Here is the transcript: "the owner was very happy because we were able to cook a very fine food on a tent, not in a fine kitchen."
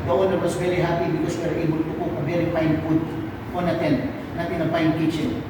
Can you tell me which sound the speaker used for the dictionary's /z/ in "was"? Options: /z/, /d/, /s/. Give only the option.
/s/